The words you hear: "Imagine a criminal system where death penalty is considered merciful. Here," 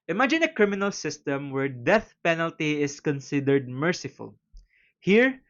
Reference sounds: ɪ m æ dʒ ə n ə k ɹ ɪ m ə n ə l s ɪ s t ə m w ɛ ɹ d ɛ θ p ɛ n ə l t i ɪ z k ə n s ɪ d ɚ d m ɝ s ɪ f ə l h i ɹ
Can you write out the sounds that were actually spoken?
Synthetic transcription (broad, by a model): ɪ m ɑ dʒ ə n ə k ɹ ɪ m ə n ə l s ɪ s t ə m w ɛ ɹ d ɛ θ p ɛ n ə l t i ɪ s k ə n s ɪ d ɚ d m ɝ s ɪ f ə l h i ɹ